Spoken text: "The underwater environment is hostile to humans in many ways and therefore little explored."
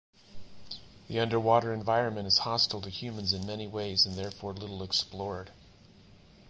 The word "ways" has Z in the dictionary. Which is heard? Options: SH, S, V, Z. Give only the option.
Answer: Z